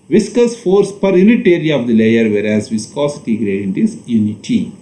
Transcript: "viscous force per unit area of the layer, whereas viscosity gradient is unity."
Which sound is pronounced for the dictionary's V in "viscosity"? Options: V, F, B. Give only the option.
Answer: V